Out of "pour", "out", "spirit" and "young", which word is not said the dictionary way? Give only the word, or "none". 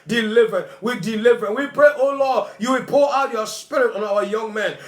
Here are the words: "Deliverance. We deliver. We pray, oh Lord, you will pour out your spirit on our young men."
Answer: pour